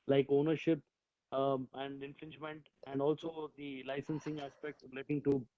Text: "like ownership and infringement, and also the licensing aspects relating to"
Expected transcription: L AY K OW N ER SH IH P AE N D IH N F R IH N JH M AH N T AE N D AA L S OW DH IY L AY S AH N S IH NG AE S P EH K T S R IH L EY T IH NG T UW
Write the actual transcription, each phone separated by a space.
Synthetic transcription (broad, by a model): L AY K OW N ER SH IH P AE N D IH N F R IH N JH M AH N T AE N D AA L S OW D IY L AY S AH N S IH NG AE S P EH K T S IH L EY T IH NG T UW